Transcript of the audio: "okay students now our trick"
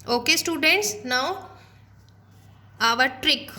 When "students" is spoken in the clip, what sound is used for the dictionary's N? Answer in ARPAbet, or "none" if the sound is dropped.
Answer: N